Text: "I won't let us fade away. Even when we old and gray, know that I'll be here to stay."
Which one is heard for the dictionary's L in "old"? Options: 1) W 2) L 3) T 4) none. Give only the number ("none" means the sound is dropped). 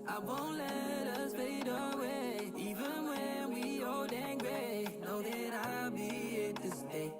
4